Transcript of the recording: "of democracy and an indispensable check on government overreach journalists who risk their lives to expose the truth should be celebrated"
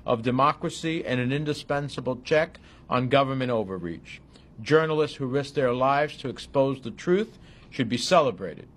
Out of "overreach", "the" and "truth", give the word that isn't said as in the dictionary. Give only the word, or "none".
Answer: none